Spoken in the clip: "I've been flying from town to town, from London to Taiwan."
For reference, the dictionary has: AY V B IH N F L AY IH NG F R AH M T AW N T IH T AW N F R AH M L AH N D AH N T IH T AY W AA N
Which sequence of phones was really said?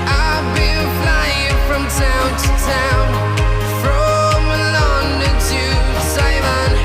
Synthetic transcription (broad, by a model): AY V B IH L F L AY IH NG F R AH M T AW N T IH T AW N F R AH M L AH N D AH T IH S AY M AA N